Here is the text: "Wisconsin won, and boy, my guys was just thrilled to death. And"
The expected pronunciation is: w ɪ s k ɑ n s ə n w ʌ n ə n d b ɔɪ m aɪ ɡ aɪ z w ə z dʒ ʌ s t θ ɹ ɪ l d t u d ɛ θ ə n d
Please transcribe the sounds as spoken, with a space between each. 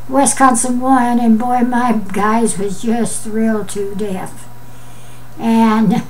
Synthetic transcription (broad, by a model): w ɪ s k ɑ n s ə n w ʌ n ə n b ɔɪ m aɪ ɡ aɪ z w ə z dʒ ʌ s t ɹ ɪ l t u d ɛ f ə n